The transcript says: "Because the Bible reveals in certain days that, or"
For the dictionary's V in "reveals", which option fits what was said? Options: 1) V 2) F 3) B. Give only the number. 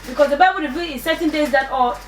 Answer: 3